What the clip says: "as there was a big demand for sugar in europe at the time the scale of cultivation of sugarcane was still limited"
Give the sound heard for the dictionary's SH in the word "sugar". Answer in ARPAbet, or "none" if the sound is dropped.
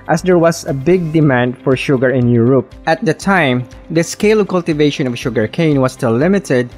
SH